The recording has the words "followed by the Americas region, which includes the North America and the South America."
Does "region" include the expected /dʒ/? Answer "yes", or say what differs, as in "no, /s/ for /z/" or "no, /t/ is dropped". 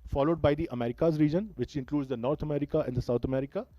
yes